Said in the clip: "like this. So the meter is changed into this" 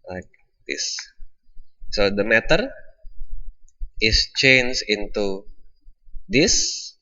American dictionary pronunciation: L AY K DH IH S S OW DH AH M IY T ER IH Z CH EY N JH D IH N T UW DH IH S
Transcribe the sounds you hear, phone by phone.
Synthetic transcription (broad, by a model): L AY K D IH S S OW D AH M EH T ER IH S CH EY N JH IH N T UW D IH S